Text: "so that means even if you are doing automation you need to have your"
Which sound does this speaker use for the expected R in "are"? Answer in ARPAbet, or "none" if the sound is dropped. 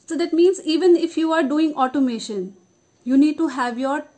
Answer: R